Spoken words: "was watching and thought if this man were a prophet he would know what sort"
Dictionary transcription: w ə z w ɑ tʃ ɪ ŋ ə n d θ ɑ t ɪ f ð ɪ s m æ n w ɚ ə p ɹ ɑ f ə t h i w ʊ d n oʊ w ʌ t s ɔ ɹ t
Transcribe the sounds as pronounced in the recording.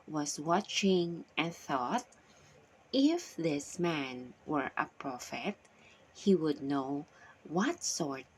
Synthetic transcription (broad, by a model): w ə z w ɑ tʃ ɪ ŋ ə n θ ɑ t ɪ f ð ɪ s m æ n w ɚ ə p ɹ ɑ f ə t h i w ʊ d n oʊ w ʌ t s ɔ ɹ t